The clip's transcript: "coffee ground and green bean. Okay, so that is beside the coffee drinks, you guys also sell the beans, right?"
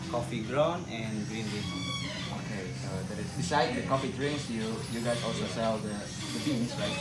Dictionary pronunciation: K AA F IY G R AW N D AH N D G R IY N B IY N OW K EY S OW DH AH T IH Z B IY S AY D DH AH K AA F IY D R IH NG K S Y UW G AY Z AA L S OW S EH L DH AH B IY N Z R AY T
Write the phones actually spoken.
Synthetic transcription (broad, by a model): K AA F IY G R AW N AH N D G R IY N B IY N OW K EY S OW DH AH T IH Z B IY S AY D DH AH K AA F IY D R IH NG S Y Y UW G AY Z AA L S OW S EH L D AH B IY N S R AY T